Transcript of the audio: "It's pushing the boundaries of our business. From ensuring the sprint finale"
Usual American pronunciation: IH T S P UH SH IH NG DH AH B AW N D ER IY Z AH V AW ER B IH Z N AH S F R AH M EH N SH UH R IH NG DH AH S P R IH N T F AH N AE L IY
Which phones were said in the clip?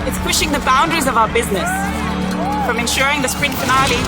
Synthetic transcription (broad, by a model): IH T S P UH SH IH NG DH AH B AW N D ER IY Z AH V AW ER B IH Z N AH S F R AH M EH N SH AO R IH NG DH AH S P R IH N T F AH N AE L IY